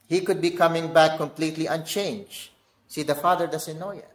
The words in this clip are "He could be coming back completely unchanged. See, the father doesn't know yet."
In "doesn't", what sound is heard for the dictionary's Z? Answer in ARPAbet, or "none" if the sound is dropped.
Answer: S